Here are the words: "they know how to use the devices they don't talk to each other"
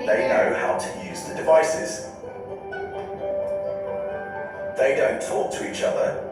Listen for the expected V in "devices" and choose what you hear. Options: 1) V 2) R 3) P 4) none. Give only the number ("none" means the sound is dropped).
1